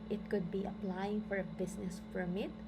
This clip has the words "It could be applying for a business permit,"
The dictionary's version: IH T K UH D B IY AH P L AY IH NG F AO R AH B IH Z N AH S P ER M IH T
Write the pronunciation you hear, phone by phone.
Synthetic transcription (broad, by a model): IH T K UH D B IY AH P L AY IH NG F AO R AH B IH S N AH S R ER M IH T